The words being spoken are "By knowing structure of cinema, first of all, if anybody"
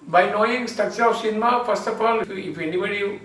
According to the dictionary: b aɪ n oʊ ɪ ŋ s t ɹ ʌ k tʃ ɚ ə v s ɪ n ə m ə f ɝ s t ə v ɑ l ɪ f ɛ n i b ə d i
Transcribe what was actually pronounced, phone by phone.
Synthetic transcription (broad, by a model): b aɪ n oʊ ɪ ŋ s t ʌ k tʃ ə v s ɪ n m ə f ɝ s t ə f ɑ l ɪ f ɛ n i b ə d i